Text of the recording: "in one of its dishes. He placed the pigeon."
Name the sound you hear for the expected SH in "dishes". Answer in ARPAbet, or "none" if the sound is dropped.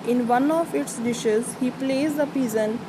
SH